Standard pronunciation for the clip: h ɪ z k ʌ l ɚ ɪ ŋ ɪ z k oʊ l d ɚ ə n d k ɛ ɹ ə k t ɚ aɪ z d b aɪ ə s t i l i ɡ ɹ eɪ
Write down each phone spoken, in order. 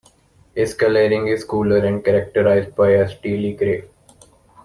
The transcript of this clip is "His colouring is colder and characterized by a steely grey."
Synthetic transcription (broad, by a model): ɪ s k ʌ l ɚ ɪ ŋ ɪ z k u l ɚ ə n d k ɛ ɹ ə k t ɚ aɪ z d b aɪ ə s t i l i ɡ ɹ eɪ